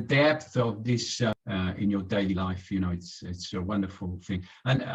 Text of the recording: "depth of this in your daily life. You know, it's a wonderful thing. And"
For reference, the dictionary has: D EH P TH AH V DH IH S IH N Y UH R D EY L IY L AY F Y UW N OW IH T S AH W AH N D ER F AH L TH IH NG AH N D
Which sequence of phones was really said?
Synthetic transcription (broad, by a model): D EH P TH AH V DH IH S IH N Y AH R D EY L IY L AY F Y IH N OW IH T S AH W AH N D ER F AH L TH IH NG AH N